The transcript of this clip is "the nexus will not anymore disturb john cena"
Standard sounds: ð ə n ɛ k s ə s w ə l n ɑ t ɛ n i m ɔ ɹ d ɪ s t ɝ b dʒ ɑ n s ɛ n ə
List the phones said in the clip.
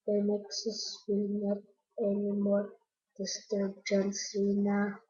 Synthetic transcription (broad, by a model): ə n ɛ k s ə s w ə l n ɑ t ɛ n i m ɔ l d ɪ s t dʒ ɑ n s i n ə